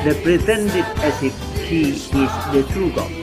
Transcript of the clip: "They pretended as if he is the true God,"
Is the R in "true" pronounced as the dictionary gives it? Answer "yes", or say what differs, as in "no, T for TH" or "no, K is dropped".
yes